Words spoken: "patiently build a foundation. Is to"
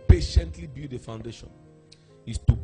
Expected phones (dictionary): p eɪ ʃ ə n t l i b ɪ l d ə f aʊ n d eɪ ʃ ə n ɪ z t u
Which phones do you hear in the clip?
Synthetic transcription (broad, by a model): p eɪ ʃ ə n t l i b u d ə f aʊ n d eɪ ʃ ə n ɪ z t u